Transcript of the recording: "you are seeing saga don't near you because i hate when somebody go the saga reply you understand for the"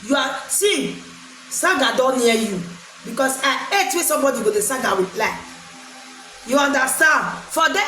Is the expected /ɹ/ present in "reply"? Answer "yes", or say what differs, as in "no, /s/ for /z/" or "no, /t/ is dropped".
no, /w/ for /ɹ/